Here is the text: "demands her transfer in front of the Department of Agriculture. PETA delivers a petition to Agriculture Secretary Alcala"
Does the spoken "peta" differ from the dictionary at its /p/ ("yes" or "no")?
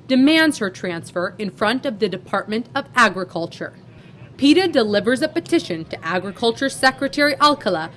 no